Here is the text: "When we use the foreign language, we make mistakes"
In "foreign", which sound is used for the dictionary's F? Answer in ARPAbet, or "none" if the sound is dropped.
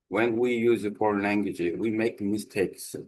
P